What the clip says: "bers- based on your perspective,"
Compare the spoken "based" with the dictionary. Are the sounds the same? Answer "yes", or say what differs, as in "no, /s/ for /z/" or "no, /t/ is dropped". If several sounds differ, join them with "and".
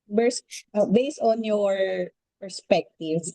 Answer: yes